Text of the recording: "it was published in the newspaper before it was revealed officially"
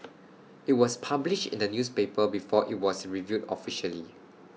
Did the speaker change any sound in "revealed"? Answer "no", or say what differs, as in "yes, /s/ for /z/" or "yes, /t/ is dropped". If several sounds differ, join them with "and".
yes, /l/ is dropped